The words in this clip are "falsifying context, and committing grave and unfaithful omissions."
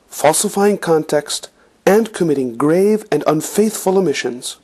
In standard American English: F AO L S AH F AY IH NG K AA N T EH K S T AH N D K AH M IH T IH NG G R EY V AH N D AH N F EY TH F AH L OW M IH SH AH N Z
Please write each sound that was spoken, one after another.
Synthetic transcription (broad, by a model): F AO L S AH F AY IH NG K AA N T EH K S T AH N K AH M IH T IH NG G R EY V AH N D AH N F EY TH F AH L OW M IH SH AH N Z